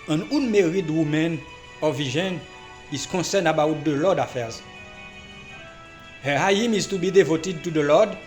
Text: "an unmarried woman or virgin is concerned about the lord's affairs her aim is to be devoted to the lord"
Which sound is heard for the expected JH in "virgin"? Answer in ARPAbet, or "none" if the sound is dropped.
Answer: ZH